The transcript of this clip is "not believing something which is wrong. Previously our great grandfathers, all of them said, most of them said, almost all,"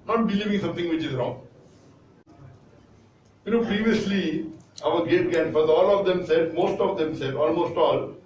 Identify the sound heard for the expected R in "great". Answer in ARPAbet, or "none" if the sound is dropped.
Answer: none